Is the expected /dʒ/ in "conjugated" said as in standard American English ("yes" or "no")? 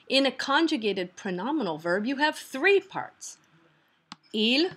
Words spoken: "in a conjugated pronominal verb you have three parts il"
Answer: yes